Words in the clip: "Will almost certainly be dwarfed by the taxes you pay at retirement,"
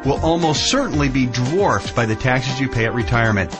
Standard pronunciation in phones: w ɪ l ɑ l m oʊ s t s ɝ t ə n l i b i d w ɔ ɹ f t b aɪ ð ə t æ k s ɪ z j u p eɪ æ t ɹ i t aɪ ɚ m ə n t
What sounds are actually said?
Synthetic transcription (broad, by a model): w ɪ l ɑ l m oʊ s t s ɝ t n l i b i d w ɔ ɹ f t b aɪ ð ə t æ k s ɪ z j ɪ p eɪ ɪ t ɹ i t aɪ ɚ m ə n t